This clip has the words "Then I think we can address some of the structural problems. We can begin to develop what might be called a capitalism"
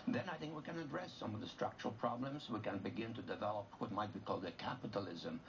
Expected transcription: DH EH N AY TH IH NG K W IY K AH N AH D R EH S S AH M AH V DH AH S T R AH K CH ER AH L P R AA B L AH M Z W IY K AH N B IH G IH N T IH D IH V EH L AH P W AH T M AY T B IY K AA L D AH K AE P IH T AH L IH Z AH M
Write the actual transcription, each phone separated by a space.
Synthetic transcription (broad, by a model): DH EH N AY TH IH NG K W IY K AH N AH D R EH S S AH M AH V DH AH S T R AH K CH ER AH L P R AA B L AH M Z W IY K AH N B IH G IH N T IH D IH V EH L AH P W AH T M AY T B IY K AA L D AH K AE P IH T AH L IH Z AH M